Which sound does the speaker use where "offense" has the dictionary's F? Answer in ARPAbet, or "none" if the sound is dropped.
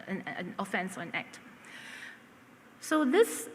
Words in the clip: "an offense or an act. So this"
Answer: F